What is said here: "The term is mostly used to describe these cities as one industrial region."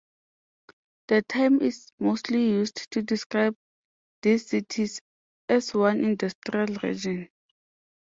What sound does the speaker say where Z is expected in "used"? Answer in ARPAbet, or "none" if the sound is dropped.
S